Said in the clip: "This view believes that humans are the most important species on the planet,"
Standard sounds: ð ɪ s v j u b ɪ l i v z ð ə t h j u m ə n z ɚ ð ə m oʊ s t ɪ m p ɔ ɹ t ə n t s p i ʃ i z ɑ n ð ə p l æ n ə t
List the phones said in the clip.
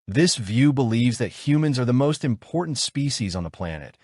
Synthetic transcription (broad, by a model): ð ɪ s v j u b ɪ l i v z ð ə t h j u m ə n z ɚ ð ə m oʊ s t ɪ m p ɔ ɹ t n t s p i ʃ i z n ð ə p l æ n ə t